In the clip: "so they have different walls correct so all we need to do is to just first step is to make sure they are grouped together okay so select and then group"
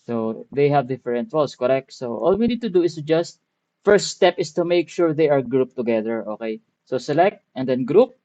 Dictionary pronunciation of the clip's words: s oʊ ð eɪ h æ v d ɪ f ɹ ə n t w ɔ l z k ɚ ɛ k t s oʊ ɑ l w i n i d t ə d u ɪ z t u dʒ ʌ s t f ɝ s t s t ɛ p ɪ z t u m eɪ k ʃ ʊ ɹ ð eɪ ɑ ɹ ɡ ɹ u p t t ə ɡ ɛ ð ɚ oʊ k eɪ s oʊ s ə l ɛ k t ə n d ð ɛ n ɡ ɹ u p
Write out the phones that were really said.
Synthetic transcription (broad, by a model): s oʊ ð eɪ h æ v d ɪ f ɹ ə n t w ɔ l s k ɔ ɛ k t s oʊ ɑ l w i n i d t ə d u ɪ s t u dʒ ʌ s t f ɝ s t s t ɛ p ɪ s t u m eɪ k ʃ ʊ ɹ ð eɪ ɑ ɹ ɡ ɹ u p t t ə ɡ ɛ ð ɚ oʊ k eɪ s oʊ s ə l ɛ k t ə n d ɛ n ɡ ɹ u p